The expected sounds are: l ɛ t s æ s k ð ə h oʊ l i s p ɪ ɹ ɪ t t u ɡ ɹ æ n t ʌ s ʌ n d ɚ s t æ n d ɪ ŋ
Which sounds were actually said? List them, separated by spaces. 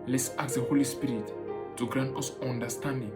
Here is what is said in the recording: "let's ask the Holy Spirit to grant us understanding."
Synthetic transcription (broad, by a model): l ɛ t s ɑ k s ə h oʊ l i s p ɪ ɹ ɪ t t u ɡ ɹ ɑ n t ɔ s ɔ n d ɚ s t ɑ n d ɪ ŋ